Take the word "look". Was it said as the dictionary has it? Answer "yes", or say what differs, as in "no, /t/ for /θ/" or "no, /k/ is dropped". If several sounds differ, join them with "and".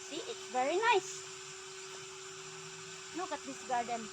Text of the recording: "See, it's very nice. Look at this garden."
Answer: no, /n/ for /l/